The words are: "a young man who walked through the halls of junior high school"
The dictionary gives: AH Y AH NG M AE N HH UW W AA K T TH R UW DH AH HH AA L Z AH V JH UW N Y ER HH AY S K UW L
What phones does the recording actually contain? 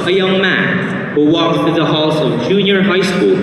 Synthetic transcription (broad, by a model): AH Y AH NG M AE N HH UW W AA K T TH UW DH AH HH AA L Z AH V JH UW N Y ER HH AY S K UW L